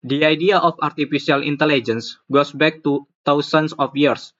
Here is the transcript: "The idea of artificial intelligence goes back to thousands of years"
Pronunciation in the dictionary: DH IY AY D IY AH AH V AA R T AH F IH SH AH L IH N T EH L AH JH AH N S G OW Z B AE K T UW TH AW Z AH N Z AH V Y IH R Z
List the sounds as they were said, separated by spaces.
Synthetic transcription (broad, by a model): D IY AY D IY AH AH F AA R T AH F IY S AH L IH N T EH L AH JH AH N S G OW S B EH K T UW T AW S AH N S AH F Y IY R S